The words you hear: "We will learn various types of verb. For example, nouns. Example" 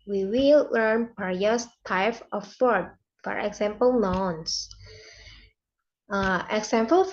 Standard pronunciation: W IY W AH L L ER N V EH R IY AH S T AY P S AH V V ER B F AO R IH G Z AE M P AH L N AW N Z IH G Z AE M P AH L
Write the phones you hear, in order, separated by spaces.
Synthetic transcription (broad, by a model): W IY W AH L L ER N P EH R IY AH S T AY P AH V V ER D F AO R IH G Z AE M P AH L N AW N S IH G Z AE M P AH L